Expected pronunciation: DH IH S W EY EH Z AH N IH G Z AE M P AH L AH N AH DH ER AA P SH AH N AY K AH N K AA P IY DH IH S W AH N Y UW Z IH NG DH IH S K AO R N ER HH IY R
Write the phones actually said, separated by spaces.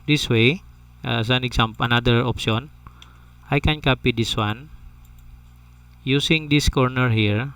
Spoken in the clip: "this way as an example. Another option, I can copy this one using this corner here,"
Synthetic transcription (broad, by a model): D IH S W EY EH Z AH N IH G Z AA M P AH N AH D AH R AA P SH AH N AY K AH N K AA P IY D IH S W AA N Y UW S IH NG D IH S K AO R N ER HH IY R